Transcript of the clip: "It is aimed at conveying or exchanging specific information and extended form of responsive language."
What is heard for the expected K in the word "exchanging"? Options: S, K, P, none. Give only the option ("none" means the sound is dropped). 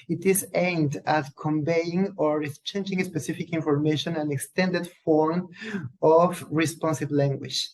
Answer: none